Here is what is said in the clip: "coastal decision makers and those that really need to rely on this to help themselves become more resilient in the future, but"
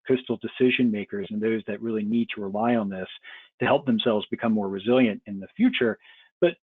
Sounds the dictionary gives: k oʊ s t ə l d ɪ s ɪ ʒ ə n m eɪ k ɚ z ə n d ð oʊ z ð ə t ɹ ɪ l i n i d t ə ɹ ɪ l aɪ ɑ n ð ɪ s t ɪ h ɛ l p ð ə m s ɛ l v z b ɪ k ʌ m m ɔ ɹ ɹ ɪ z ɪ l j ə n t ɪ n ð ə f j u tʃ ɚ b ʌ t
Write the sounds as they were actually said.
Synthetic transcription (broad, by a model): k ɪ s t l d ɪ s ɪ ʒ ə n m eɪ k ɚ z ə n ð oʊ z ð ə t ɹ ɪ l i n i d t ə ɹ ɪ l aɪ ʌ n ð ɪ s t ɪ h ɛ l p ð ə m s ɛ l v z b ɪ k ʌ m m ɔ ɹ ɹ ɪ z ɪ l j ə n t ɪ n ð ə f j u tʃ ɚ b ʌ t